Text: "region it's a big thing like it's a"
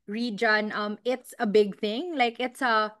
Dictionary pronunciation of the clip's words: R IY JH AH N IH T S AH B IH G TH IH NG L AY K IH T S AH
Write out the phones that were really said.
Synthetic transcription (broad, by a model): R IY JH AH N IH T S AH B IH G TH IH NG L AY K IH T S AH